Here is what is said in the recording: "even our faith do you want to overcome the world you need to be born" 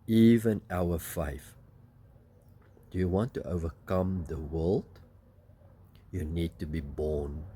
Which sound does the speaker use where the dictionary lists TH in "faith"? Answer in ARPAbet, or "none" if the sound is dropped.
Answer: F